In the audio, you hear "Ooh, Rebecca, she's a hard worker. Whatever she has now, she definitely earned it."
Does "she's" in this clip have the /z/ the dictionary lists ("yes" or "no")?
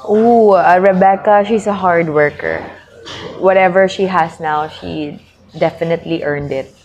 no